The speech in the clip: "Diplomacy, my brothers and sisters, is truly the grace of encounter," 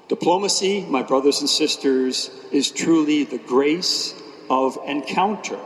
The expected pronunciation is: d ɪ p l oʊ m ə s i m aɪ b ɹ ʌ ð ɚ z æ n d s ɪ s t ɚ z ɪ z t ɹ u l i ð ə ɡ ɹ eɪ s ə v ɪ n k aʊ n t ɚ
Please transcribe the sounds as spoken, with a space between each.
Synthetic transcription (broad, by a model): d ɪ p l oʊ m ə s i m aɪ b ɹ ʌ ð ɚ z n s ɪ s t ɚ z ɪ z t ɹ u l i ð ə ɡ ɹ eɪ s ə v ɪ n k aʊ n t ɚ